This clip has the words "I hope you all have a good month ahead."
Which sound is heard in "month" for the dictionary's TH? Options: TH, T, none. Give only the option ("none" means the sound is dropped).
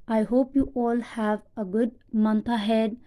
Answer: T